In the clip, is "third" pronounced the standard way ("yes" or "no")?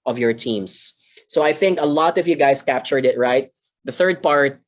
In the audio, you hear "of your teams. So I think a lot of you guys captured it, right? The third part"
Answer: yes